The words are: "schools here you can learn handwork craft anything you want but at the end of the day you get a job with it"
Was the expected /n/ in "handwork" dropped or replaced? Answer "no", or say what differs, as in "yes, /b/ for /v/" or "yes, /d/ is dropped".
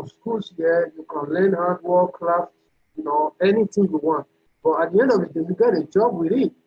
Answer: yes, /n/ is dropped